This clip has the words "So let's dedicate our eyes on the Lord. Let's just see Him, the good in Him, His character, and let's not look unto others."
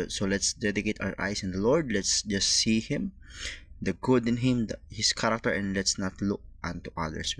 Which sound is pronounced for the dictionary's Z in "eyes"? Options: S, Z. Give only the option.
S